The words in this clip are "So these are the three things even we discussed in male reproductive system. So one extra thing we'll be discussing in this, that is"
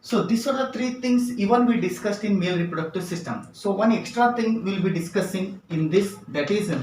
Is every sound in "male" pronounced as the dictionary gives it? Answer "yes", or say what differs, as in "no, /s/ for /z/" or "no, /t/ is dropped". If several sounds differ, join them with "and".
yes